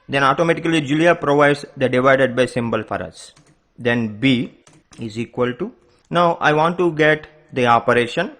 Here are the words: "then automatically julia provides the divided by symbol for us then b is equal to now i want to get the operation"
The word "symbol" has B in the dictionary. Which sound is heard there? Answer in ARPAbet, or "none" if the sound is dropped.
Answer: B